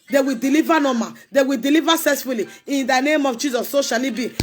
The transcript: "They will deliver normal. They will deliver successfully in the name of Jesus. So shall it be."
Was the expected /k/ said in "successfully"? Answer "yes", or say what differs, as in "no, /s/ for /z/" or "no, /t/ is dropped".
no, /k/ is dropped